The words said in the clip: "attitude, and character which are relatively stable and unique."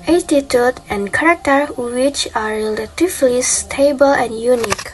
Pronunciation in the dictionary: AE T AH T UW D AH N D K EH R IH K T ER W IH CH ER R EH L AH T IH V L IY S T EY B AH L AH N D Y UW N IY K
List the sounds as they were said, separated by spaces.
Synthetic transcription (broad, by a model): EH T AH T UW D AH N K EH R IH K T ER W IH CH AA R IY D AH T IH F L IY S T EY B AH L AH N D Y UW N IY K